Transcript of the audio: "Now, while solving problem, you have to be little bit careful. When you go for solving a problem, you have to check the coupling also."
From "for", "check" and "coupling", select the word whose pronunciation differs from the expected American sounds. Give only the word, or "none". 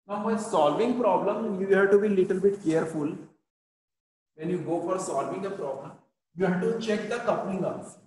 coupling